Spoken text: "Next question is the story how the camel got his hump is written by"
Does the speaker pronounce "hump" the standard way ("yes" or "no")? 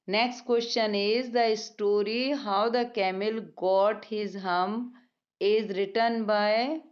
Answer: no